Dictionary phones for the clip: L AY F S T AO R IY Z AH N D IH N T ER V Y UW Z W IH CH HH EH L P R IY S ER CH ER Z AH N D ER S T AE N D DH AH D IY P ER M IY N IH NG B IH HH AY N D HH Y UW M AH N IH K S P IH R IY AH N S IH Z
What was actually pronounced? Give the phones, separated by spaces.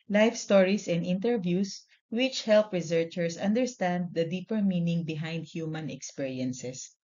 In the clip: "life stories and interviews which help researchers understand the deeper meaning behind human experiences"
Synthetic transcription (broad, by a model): L AY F S T AO R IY S AH N D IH N T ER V Y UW S W IH CH HH EH L P R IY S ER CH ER S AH N D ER S T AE N D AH D IY P ER M IY N IH NG B IH HH AY N D HH Y UW M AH N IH K S P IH R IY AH N S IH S